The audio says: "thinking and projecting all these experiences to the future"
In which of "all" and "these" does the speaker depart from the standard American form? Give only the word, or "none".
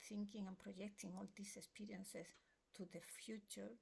these